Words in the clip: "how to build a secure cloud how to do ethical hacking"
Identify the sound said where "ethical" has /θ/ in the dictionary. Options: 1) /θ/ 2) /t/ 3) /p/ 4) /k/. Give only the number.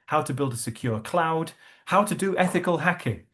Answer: 1